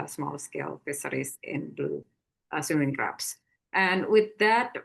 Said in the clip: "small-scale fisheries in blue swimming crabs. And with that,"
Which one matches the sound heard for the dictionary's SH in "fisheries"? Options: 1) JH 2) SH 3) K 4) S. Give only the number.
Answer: 4